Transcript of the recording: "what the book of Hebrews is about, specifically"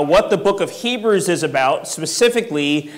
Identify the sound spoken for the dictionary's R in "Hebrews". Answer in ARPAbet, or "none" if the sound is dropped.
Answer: R